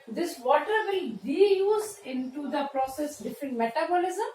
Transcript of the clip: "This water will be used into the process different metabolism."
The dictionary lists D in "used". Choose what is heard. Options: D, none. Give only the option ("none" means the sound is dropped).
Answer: none